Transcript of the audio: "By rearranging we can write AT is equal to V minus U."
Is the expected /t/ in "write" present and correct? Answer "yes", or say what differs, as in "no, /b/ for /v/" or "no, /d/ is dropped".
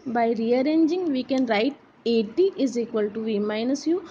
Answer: yes